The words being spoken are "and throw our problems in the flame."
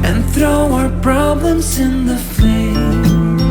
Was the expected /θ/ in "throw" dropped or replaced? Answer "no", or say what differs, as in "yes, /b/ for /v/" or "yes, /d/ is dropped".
no